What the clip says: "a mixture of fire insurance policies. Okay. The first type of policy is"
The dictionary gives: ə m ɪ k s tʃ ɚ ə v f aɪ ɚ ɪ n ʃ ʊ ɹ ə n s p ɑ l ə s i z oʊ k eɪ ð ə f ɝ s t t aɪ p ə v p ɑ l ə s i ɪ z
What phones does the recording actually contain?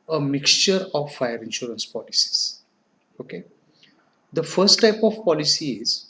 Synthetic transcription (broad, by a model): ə m ɪ k s tʃ ɚ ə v f aɪ ɚ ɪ n ʃ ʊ ɹ ə n s p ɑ l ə s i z oʊ k eɪ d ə f ɝ s t t aɪ p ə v p ɑ l ə s i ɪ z